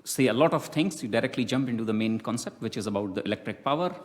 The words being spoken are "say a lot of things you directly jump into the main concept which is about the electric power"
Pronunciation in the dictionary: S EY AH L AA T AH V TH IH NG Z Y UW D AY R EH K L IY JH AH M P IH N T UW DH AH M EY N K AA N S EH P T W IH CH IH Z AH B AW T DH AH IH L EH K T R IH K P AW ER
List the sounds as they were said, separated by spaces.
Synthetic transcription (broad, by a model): S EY AH L AA T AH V T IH NG S Y UW D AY R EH K L IY JH AH M P IH N T UW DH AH M EY N K AA N S EH P T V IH CH IH Z AH B AW T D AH IH L EH K T R IH K P AW ER